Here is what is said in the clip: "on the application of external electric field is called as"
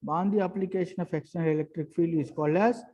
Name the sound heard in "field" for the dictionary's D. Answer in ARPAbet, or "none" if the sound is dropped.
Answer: none